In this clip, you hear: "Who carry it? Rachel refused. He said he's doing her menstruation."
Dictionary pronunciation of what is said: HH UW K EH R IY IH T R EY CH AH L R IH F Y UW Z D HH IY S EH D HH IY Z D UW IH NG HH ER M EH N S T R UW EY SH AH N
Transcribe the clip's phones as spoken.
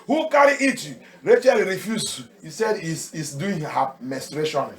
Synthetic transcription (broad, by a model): HH UW K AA R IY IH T R EY CH AH L R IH F Y UW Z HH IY S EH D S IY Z D UW IH NG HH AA M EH S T R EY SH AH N